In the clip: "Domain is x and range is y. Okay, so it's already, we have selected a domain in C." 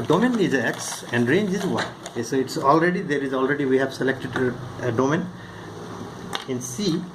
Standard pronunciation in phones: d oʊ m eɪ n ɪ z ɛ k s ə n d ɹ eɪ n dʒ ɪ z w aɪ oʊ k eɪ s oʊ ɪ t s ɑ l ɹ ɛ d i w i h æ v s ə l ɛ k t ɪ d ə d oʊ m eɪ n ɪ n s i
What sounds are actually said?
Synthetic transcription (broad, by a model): d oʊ m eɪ n ɪ z ɛ k s ə n d ɹ eɪ n dʒ ɪ z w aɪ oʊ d eɪ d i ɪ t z ɑ l ɹ ɛ d i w i h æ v s ə l ɛ k t ɪ d ə d oʊ m eɪ n ɪ n s i